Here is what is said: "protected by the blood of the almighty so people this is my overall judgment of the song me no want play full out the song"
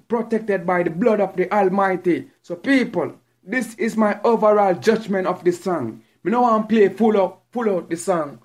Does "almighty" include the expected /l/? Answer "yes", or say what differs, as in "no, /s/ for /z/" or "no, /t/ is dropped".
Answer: yes